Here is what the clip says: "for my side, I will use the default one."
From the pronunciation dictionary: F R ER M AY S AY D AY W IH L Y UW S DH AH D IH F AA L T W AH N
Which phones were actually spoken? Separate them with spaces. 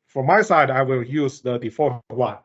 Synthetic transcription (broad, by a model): F R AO M AY S AY D AY W IH L Y UW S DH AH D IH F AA T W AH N